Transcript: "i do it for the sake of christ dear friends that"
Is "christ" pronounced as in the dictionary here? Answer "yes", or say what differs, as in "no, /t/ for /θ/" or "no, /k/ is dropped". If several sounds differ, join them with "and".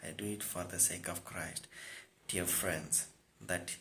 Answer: yes